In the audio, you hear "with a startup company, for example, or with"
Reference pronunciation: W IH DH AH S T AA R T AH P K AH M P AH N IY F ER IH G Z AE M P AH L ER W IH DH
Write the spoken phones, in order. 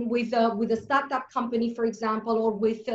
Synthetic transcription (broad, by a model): W IH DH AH S T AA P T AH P K AH M P AH N IY F ER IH G Z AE M P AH L ER W IH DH